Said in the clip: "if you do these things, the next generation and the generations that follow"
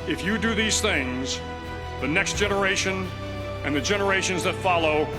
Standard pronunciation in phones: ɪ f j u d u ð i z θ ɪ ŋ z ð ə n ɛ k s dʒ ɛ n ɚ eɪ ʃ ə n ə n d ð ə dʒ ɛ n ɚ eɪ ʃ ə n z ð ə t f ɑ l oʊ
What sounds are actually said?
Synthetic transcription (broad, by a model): ɪ f j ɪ d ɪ ð i z θ ɪ ŋ z ð ə n ɛ k s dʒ ɛ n ɚ eɪ ʃ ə n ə n ð ə dʒ ɛ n ɚ eɪ ʃ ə n z ð ə t f ɑ l oʊ